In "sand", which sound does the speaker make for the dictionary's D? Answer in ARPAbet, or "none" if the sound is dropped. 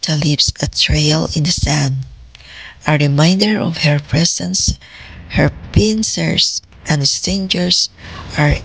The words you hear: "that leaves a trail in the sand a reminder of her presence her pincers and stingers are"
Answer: D